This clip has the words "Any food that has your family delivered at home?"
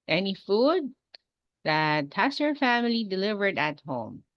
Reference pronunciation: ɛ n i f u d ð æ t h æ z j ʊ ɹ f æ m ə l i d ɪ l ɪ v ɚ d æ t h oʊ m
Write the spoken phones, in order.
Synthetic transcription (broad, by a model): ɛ n i f u d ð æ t h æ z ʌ ɹ f æ m ə l i d ɪ l ɪ v ɚ d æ t h oʊ m